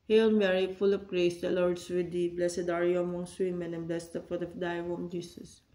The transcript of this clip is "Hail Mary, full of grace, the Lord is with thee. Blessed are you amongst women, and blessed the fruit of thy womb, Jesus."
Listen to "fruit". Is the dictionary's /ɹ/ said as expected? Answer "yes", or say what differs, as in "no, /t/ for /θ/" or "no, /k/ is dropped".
no, /ɹ/ is dropped